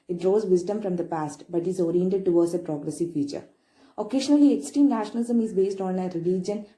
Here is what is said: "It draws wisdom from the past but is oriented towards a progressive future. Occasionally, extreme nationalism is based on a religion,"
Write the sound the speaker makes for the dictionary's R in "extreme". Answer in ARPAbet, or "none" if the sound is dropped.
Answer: none